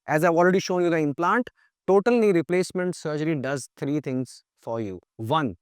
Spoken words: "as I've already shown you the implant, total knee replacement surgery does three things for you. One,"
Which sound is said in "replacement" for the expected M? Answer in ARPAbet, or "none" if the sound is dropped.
M